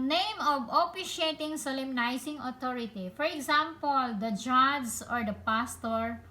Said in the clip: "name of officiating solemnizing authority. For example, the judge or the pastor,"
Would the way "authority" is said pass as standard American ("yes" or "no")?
no